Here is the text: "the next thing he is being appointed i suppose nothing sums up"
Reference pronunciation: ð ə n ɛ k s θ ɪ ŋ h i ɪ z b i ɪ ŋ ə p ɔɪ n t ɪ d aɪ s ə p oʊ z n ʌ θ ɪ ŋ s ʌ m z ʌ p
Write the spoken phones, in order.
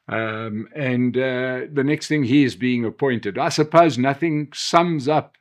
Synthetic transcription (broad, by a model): ð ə n ɛ k s θ ɪ ŋ h i ɪ z b i ɪ ŋ ə p ɔɪ n t ɪ d aɪ s ə p oʊ z n ʌ θ ɪ ŋ s ʌ m z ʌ p